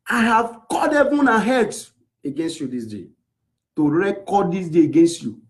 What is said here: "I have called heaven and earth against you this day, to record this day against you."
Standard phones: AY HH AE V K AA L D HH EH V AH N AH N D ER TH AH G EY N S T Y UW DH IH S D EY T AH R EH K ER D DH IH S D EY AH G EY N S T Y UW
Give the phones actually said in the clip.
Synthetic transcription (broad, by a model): AY HH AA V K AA D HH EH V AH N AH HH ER T AH G EY N S T Y UW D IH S D EY T AH R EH K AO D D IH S D EY AH G EY N S T Y UW